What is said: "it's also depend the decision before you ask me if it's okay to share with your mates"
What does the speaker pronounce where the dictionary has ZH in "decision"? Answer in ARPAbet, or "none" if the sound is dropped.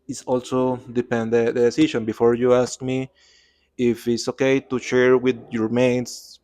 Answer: SH